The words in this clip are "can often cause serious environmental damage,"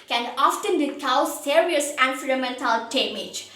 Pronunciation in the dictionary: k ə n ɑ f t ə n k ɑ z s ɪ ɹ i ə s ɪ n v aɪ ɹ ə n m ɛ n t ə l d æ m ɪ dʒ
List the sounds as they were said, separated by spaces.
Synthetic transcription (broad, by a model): k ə n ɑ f t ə n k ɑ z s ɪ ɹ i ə s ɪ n f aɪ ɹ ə m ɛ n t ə l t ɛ m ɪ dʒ